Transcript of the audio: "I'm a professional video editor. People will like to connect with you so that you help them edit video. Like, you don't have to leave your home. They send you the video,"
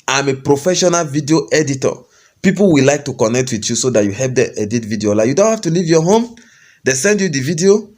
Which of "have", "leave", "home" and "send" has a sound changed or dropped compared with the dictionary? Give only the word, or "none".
have